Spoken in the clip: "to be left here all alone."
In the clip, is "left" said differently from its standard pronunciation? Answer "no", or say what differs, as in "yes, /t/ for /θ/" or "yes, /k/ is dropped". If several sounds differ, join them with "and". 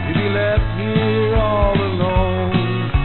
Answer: yes, /f/ is dropped